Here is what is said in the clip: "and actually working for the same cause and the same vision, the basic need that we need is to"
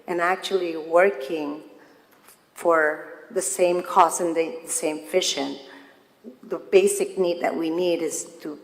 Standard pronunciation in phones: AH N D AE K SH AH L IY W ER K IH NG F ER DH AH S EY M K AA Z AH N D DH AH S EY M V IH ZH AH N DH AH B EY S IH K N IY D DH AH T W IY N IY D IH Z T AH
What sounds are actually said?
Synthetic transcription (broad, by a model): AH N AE K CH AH L IY W ER K IH NG F ER DH AH S EY M K AA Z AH N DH DH AH S EY M F IH SH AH N DH AH B EY S IH K N IY D DH AH T W IY N IY D IH Z T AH